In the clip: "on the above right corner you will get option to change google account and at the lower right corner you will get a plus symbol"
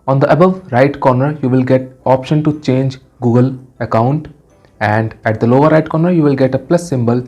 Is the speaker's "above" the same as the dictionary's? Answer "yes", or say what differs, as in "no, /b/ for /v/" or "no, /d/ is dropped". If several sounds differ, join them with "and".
yes